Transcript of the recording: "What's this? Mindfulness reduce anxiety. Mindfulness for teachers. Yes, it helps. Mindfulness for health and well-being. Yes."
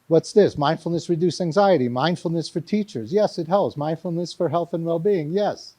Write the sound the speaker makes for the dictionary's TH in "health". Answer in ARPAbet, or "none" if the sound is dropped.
TH